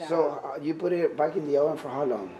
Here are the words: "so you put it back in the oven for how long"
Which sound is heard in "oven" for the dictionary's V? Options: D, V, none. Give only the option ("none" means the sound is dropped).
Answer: none